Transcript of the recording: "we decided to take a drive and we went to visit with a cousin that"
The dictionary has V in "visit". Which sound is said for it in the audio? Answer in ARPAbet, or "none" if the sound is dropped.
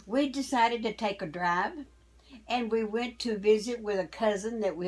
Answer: V